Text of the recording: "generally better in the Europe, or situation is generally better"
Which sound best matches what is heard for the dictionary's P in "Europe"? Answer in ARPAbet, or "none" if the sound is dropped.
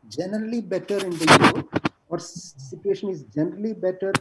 none